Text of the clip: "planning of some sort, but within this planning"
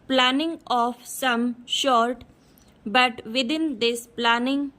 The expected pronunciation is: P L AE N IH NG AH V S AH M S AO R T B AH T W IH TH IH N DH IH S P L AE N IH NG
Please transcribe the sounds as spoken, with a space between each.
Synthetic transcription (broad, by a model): P L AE N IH NG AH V S AH M SH AO R T B AH T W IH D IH N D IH S P L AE N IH NG